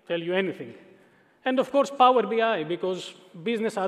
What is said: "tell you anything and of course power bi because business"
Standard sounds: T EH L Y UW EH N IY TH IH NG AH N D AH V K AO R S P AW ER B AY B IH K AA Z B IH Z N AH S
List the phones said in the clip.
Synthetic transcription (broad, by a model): T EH L Y UW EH N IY T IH NG AH N D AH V K AO R S P AW ER B AY B IH K AA Z B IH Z N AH S